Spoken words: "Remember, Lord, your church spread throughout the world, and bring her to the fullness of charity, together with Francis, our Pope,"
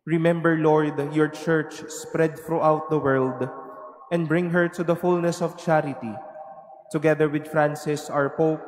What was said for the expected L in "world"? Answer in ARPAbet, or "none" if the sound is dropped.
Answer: L